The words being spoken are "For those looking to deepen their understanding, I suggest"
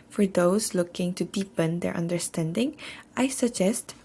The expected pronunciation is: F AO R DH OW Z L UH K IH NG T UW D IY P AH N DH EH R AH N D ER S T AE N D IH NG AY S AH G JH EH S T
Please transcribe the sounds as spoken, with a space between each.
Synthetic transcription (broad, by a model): F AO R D OW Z L UH K IH NG T UW D IY P AH N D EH R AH N D ER S T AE N D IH NG AY S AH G JH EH S T